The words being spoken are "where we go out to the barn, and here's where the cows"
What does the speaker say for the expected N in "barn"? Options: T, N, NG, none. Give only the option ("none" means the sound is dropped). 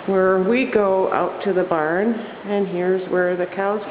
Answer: N